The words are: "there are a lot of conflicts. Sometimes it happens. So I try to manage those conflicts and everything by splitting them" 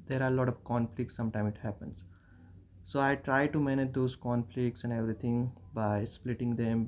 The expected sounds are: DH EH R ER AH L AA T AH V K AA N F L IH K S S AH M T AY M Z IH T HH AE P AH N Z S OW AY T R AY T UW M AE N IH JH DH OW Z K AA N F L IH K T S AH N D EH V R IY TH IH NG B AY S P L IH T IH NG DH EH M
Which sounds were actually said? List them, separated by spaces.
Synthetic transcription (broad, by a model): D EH R AH L AA T AH V K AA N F L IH K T S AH M T AY M IH T HH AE P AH N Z S OW AY T R AY T UW M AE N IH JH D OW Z K AA N F L IH K T S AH N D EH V R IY T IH NG B AY S P L IH T IH NG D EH M